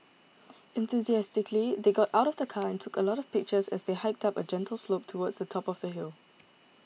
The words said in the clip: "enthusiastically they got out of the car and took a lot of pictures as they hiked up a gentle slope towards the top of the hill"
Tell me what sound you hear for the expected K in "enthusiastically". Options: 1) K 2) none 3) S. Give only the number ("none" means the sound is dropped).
1